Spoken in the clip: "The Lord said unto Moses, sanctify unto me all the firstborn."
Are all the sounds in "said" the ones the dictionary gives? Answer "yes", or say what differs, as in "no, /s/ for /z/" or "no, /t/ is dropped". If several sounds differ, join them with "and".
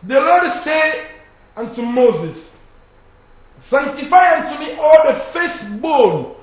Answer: no, /d/ is dropped